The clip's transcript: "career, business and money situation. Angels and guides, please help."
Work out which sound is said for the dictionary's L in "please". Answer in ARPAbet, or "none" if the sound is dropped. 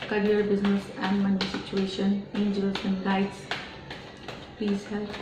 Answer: none